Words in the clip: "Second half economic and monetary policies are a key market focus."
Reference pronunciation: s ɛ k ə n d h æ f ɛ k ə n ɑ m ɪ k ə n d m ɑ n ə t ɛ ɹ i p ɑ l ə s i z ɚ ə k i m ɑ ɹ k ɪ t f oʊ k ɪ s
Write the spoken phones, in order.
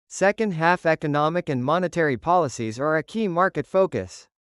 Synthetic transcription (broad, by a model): s ɛ k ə n d h æ f ɛ k ə n ɑ m ɪ k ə n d m ɑ n ə t ɛ ɹ i p ɑ l ə s i z ɚ ə k i m ɑ ɹ k ɪ t f oʊ k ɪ s